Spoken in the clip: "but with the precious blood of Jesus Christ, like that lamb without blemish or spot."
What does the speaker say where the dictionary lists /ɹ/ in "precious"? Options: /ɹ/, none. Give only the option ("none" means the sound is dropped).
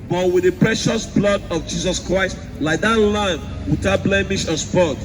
/ɹ/